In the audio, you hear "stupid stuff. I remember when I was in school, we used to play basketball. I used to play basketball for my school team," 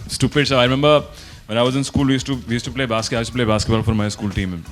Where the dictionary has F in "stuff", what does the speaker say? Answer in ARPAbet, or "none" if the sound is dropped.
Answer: none